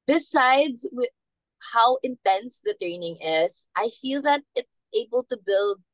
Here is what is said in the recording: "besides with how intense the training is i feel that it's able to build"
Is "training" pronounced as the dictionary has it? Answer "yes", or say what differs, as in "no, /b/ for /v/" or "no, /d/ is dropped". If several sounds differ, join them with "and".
yes